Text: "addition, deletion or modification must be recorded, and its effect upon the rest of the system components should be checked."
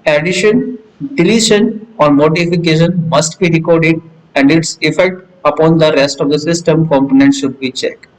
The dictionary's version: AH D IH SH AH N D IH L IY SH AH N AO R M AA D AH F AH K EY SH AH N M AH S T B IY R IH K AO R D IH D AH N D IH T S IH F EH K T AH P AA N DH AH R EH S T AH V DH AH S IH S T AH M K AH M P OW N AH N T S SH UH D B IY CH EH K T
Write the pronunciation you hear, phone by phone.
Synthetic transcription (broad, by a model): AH D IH SH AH N D IH L IY SH AH N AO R M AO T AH F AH K EY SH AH N M AH S T B IY R IH K AO R D IH D AH N D IH T S IH F EH K T AH P AA N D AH R EH S T AH V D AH S IH S T AH M K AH M P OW N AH N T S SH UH D B IY CH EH K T